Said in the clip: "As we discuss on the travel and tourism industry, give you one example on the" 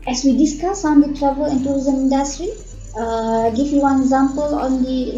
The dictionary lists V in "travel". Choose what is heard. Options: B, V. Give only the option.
B